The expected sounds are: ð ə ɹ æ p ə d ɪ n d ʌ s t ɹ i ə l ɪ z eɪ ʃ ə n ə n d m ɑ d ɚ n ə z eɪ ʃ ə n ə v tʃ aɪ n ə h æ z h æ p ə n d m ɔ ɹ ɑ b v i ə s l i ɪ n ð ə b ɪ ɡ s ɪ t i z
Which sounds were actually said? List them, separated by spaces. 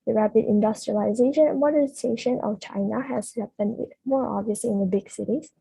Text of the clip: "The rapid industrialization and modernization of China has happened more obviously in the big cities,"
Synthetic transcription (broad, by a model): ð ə ɹ æ p ə d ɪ n d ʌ s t ɹ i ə l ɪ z eɪ ʃ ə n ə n m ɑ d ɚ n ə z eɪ ʃ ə n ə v tʃ aɪ n ə h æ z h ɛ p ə n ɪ m ɔ ɹ ɑ b v i ə s l i ɪ n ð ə b ɪ ɡ s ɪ t i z